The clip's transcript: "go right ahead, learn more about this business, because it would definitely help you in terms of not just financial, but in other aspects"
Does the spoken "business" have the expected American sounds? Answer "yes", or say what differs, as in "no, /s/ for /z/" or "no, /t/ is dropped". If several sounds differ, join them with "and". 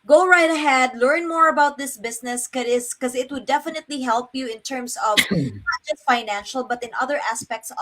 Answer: no, /s/ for /z/